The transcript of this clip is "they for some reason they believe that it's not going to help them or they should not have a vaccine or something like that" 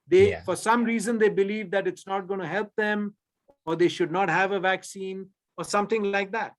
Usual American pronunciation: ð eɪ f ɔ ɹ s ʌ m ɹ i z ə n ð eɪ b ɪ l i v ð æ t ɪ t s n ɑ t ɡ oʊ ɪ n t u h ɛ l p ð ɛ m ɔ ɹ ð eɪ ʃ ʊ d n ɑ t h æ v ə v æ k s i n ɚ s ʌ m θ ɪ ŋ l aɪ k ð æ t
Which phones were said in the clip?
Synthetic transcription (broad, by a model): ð eɪ f ɔ ɹ s ʌ m ɹ i z ə n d eɪ b ɪ l i v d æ t ɪ t s n ɑ t ɡ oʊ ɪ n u h ɛ l p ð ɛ m ɔ ɹ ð eɪ ʃ ʊ d n ɑ t h æ v ə v æ k s i n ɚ s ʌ m t ɪ ŋ l aɪ k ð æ t